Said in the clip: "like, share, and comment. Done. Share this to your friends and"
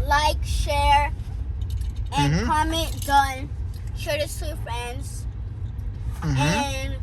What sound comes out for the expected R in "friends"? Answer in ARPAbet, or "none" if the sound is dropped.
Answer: R